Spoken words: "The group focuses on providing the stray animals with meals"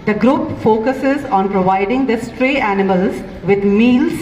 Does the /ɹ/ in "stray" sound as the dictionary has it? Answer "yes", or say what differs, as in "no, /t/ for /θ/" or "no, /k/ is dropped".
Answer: yes